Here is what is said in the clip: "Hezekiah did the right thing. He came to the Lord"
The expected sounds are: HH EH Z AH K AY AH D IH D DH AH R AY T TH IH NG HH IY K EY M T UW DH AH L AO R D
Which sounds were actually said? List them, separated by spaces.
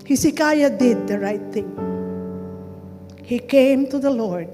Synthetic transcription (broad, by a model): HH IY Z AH K AY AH D IH D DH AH R AY T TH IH NG HH IY K EY M T UW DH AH L AO R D